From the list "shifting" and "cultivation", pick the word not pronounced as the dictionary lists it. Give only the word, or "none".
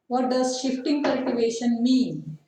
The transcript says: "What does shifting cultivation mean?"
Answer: none